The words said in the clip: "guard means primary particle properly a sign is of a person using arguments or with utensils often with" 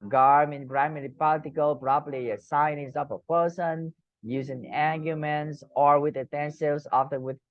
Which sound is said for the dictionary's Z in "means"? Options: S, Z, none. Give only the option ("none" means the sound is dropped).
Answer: none